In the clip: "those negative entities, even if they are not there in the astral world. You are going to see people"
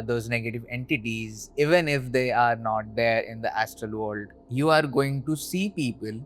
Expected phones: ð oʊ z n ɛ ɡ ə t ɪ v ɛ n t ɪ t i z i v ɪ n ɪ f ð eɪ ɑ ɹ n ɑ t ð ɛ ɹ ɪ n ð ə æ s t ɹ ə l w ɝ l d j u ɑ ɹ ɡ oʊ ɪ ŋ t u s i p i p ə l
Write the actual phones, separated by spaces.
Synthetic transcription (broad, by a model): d oʊ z n ɛ ɡ ə t ɪ v ɛ n t ɪ t i z i v ɪ n ɪ f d eɪ ɑ ɹ n ɑ t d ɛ ɹ ɪ n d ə æ s t ɹ ə l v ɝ l d j u ɑ ɹ ɡ oʊ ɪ ŋ t u s i p i p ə l